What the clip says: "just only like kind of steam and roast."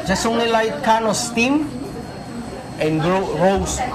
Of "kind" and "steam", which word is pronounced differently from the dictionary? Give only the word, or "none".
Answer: kind